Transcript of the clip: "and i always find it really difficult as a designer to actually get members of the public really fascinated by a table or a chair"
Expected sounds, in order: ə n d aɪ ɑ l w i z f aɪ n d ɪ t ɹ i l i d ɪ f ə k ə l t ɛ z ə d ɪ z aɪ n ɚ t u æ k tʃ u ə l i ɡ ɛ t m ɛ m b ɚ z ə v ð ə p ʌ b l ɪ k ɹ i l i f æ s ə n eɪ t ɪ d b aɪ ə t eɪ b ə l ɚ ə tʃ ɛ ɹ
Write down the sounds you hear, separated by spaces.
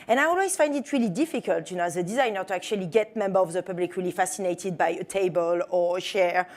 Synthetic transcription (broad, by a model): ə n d aɪ ɑ l w i z f aɪ n d ɪ t ɹ i l i d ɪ f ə k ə l t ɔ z ə d ɪ z aɪ n ɚ t u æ k tʃ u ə l i ɡ ɛ t m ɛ m b ɚ ə v ð ə p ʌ b l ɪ k ɹ i l i f æ s ə n eɪ t ɪ d b aɪ ə t eɪ b ə l ɚ ə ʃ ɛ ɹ